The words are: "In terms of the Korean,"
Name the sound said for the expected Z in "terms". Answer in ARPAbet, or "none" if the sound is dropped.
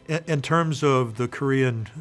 Z